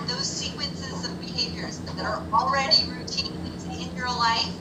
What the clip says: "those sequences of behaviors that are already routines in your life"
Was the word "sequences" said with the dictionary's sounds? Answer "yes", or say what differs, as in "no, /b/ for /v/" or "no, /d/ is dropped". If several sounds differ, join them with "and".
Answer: yes